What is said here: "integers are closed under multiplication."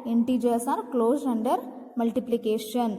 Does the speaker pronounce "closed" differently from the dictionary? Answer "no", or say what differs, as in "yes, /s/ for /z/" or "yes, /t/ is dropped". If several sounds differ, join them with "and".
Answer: yes, /d/ is dropped